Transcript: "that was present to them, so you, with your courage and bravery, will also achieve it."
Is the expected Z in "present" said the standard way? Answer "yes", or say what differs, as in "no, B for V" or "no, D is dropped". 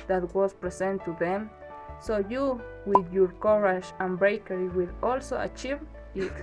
no, S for Z